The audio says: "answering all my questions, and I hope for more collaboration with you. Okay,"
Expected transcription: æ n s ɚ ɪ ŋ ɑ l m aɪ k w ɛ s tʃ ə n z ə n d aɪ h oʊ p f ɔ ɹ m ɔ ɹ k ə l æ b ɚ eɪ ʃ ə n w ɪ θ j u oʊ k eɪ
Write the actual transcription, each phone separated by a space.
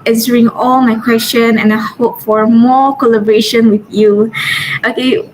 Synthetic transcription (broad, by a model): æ n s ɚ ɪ ŋ ɑ l m aɪ k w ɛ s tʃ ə n ə n aɪ h oʊ p f ɔ ɹ m ɔ ɹ k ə l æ b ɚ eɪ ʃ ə n w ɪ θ j u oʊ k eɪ